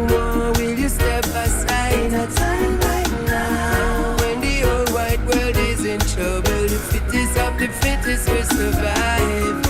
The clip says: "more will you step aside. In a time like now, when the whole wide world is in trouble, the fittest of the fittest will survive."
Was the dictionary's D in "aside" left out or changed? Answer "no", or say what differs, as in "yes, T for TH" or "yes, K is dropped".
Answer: yes, D is dropped